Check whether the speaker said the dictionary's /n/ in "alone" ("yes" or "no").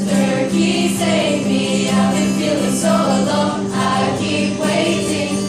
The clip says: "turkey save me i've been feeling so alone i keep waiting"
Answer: no